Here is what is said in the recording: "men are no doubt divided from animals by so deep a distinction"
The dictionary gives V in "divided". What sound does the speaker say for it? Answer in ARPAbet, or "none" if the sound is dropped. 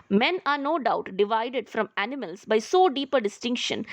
V